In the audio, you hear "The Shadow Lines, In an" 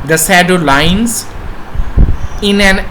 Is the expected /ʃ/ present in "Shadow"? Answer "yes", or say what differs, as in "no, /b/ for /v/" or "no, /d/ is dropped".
no, /s/ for /ʃ/